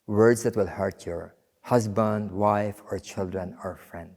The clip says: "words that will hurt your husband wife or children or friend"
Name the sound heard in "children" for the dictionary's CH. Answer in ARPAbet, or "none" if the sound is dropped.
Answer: CH